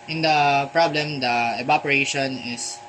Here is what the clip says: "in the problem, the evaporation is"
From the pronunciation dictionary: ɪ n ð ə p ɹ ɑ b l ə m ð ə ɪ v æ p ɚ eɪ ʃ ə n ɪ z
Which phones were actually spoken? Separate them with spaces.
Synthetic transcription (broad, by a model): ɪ n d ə p ɹ ɑ b l ə m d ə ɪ b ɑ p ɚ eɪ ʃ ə n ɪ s